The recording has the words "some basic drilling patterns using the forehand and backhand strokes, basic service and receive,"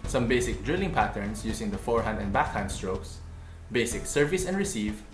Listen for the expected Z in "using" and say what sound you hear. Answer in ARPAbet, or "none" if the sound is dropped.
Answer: S